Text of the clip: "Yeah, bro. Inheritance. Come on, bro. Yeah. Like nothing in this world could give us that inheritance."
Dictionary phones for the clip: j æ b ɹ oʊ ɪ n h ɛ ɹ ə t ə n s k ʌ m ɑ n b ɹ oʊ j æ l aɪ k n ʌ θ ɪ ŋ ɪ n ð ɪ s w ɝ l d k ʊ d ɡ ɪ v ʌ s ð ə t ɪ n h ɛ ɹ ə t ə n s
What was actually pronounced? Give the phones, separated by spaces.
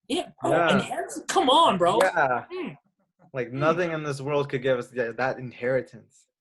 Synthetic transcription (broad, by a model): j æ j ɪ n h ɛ ɹ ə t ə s k ʌ m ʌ n b ɹ oʊ j æ l aɪ k n ʌ θ ɪ ŋ ɪ n ð ɪ s w ɝ l d k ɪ d ɡ ɪ v ʌ s ð ə t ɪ n h ɛ ɹ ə t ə n s